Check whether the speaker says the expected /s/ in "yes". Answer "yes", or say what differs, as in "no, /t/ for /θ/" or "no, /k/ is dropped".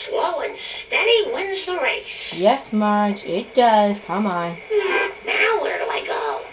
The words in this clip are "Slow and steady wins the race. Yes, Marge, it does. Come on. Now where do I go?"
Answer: yes